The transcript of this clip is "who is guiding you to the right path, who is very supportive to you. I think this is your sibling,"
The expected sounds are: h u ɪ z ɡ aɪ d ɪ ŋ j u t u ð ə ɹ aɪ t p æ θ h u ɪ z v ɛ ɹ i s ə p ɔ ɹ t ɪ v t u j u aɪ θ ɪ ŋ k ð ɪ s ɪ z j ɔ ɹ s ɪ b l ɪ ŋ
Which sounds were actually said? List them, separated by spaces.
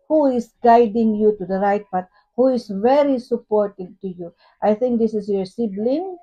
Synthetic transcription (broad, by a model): h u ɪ s ɡ aɪ d ɪ ŋ j u t u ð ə ɹ aɪ t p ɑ t h u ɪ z v ɛ ɹ i s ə p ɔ ɹ t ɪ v t u j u aɪ θ ɪ ŋ k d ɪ s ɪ s j ɔ ɹ s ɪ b l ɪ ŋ